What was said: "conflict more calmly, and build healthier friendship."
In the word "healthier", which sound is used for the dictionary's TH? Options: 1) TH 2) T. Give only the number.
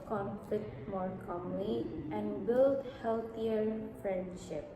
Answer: 2